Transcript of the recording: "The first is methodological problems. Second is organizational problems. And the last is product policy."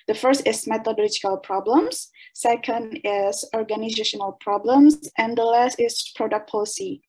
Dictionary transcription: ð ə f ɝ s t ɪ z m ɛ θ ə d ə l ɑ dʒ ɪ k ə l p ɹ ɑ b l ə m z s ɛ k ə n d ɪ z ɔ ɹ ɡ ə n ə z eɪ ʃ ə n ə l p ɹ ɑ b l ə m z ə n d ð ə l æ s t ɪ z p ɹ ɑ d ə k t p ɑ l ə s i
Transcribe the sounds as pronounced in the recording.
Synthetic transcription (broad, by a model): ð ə f ɝ s t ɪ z m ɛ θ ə d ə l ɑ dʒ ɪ k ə l p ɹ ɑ b l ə m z s ɛ k ə n d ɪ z ɔ ɹ ɡ ə n ə z eɪ ʃ ə n ə l p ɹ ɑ b l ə m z ə n d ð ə l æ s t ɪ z p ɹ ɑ d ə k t p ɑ l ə s i